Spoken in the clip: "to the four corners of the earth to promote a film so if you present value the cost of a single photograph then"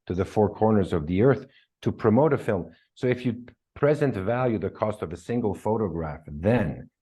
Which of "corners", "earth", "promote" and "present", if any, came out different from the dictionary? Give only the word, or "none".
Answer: none